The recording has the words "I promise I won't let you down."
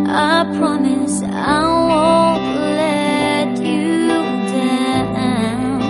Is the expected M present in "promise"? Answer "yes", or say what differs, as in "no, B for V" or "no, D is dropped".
yes